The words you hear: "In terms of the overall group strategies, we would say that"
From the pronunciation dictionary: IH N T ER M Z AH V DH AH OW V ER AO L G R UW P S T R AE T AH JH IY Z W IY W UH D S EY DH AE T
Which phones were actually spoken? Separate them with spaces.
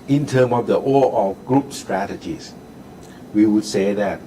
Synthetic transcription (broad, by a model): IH N T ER M AH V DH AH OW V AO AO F G R UW P S T R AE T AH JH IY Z W IY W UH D S EY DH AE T